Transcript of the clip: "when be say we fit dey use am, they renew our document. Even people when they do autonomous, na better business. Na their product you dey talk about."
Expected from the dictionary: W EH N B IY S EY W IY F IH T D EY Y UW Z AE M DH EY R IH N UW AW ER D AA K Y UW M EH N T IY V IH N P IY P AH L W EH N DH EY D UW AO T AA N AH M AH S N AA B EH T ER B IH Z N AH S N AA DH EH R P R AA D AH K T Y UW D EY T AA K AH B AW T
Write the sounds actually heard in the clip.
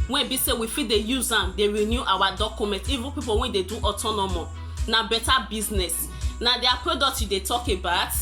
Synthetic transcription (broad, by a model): W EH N B IY S EY W IY F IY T D EY Y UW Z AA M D EY R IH N UW AW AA D AA K Y UW M EH N T IY V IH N P IY P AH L W EH N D EY D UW AO T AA N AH M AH N AA B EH T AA B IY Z N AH S N AA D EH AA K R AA D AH T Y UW D EY T AA K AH B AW T